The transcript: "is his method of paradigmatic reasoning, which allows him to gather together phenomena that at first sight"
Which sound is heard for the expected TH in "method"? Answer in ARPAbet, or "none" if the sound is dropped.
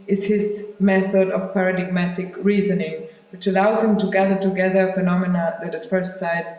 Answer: TH